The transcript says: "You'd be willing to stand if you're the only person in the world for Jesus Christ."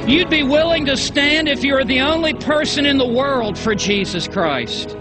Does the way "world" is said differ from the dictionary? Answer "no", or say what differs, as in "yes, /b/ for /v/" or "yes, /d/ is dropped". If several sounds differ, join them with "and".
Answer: no